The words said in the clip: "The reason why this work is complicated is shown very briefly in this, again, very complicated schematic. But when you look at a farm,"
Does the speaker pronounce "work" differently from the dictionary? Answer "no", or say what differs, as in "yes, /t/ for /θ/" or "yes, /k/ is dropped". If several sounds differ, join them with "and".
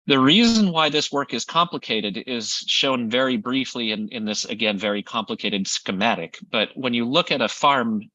no